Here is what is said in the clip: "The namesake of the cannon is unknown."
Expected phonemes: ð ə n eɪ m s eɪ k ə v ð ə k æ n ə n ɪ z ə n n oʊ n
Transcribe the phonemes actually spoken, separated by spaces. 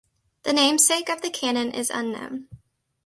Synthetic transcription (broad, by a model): ð ə n eɪ m s eɪ k ə v ð ə k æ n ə n ɪ z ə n n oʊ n